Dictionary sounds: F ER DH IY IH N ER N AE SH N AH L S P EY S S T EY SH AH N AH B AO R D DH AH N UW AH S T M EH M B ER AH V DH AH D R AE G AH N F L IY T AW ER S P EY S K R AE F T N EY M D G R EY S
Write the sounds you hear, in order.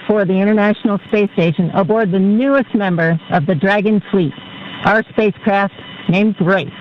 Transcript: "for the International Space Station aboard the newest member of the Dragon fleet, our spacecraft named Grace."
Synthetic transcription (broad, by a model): F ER DH IY IH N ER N AE SH N L S P EY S S T EY SH AH N AH B AO R D DH AH N UW AH S T M EH M B ER AH V DH AH D R AE G AH N F L IY T AW ER S P EY S K R AE F T N EY M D G R EY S